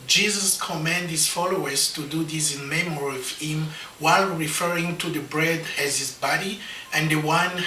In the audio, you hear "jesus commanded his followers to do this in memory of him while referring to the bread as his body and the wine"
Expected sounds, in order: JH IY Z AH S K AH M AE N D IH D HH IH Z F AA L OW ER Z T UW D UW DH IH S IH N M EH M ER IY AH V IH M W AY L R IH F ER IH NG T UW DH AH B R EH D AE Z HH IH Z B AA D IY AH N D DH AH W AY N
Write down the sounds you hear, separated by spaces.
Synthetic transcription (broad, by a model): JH IY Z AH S K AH M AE N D D HH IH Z F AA L OW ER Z T UW D UW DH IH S IH N M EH M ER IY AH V IH M W AY L R IH F ER IH NG T UW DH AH B R EH D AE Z HH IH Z B AA D IY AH N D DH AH W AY N